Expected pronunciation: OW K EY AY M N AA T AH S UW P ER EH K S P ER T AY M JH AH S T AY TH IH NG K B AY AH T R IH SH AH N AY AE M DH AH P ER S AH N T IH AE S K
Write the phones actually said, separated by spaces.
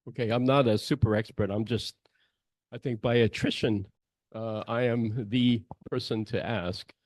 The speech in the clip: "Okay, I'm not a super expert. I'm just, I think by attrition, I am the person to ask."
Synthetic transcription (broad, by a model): OW K EY AY M N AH T AH S UW P ER EH K S P ER T AY M JH AH S T AY TH IH NG K B AY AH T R IH SH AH N AY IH M DH AH P ER S AH N T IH AE S K